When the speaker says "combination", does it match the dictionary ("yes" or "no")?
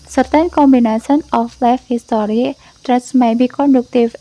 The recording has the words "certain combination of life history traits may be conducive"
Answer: no